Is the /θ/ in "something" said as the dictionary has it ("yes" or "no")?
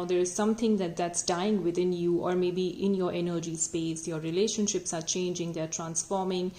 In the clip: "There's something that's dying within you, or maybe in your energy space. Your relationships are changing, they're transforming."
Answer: no